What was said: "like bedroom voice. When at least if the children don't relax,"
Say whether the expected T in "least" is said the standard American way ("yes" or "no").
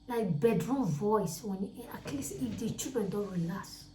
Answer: no